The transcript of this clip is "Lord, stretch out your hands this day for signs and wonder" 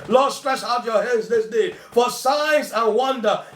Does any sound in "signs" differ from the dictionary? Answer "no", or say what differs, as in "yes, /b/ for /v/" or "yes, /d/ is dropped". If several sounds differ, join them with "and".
yes, /n/ is dropped